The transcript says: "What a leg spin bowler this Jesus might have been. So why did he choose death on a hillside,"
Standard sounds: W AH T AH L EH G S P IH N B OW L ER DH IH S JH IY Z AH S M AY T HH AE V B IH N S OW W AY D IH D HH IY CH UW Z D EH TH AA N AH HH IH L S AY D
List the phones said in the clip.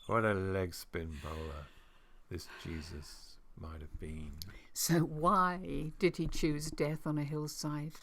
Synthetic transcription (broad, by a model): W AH T AH L EH G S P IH N B OW L ER DH IH S JH IY Z AH S M AY T HH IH V B IH N S OW W AY D IH D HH IY CH UW Z D EH TH N AH HH IH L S AY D